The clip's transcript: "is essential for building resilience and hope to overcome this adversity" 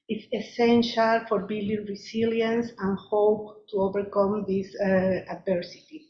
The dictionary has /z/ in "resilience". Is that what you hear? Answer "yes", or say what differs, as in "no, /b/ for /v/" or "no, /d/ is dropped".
no, /s/ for /z/